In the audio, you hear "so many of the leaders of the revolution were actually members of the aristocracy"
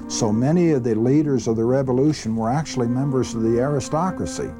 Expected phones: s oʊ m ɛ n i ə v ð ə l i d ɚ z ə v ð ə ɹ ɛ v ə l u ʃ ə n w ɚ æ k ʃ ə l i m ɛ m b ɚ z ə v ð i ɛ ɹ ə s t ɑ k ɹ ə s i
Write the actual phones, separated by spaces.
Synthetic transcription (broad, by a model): s oʊ m ɛ n i ə v ð ə l i d ɚ z ə v ð ə ɹ ɛ v ə l u ʃ ə n w ɚ æ k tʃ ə l i m ɛ m b ɚ z ə v ð i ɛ ɹ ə s t ɑ k ɹ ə s i